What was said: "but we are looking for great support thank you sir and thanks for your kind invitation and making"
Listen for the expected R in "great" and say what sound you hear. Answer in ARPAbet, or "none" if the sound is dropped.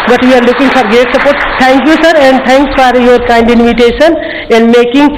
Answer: none